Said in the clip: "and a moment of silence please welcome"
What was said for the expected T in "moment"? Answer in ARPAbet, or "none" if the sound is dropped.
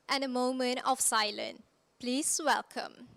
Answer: T